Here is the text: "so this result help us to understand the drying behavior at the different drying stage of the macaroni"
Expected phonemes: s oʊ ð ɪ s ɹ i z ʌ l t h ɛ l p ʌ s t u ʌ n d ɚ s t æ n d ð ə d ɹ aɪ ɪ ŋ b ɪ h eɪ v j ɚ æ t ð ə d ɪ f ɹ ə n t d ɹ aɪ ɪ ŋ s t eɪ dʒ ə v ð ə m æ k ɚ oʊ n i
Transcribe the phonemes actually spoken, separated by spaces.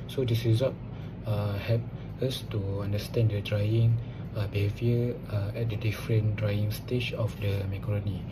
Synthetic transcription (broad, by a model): s oʊ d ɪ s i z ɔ t h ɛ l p ʌ s t u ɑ n d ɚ s t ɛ n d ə d ɹ aɪ ɪ ŋ b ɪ h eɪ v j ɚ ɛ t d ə d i f ɹ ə n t d ɹ aɪ ɪ ŋ s t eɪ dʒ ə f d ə m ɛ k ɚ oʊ n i